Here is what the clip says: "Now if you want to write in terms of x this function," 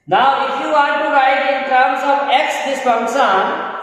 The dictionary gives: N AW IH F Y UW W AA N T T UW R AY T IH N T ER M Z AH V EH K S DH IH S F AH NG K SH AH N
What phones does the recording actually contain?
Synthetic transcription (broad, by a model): N AW IH F Y UW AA T T UW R AY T IH N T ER M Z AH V EH K S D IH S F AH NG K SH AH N